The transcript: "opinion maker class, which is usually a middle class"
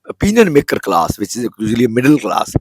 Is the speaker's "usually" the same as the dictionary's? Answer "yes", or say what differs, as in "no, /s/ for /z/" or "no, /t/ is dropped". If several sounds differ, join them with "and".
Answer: no, /z/ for /ʒ/